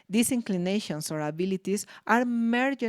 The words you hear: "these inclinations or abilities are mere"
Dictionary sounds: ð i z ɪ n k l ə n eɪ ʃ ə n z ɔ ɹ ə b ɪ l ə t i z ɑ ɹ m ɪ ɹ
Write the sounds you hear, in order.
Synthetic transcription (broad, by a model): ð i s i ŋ k l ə n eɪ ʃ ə n s ɔ ɹ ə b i l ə t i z ɑ ɹ m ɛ ɹ